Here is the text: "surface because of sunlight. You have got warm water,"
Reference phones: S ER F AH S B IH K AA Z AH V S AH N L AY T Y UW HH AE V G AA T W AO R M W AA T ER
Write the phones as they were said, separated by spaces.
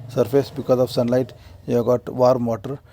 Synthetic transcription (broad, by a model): S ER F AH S B IH K AA Z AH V S AH N L AY T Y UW G AA T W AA R M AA T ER